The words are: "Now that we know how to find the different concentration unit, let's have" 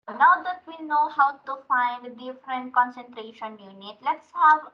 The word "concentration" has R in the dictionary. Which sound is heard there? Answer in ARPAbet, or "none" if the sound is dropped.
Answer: R